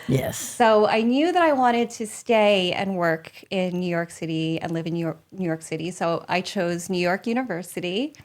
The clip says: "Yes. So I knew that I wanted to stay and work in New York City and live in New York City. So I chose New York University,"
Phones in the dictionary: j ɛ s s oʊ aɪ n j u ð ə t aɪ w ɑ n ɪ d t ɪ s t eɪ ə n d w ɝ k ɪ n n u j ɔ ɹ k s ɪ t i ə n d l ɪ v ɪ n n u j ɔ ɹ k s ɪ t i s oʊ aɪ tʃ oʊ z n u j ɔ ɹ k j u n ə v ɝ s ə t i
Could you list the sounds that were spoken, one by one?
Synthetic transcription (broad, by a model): j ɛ s s oʊ aɪ n j u ð ə t aɪ w ɑ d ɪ d t ɪ s t eɪ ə n w ɝ k ɪ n n u j ɔ ɹ k s ɪ t i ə n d l ɪ v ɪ n n u j ɔ ɹ k s ɪ t i s oʊ aɪ tʃ oʊ z n u j ɔ ɹ k j u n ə v ɝ s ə t i